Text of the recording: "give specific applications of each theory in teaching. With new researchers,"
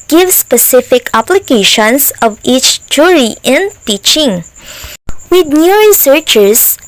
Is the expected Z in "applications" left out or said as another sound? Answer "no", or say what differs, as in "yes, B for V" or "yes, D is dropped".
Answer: yes, S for Z